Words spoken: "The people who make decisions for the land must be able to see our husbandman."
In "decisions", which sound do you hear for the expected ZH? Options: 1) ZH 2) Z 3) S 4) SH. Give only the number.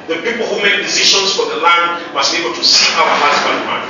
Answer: 4